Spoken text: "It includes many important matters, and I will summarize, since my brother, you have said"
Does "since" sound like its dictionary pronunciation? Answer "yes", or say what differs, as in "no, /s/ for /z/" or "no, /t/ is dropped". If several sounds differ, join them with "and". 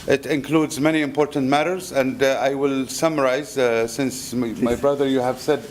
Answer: yes